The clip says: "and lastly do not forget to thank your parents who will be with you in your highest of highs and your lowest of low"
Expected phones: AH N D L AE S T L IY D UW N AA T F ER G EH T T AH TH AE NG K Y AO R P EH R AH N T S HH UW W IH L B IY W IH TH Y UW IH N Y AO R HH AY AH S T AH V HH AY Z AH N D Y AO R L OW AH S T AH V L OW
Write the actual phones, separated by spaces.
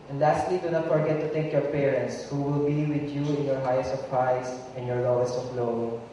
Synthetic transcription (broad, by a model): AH N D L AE S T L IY D UW N AA T F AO G EH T T AH T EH K Y AO R P EH R AH N T S HH UW W IH L B IY W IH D Y UW IH N Y AO R HH AY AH S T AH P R AY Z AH N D Y AO R L OW AH S T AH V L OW